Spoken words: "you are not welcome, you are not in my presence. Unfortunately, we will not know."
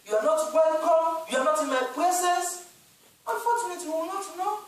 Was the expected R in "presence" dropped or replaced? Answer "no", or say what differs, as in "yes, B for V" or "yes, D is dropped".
yes, L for R